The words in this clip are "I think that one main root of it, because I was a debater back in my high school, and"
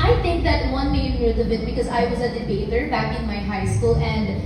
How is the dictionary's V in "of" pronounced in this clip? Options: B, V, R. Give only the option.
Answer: B